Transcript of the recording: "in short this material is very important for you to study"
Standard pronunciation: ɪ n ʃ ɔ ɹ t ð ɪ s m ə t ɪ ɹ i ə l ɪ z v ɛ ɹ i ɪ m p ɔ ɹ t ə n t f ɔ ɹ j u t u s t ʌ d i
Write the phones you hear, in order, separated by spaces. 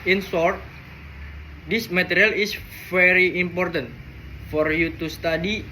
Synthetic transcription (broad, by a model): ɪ n s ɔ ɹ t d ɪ s m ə t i ɹ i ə l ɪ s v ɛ ɹ i ɪ m p ɔ ɹ t ə n t f ɔ ɹ j u t u s t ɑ d i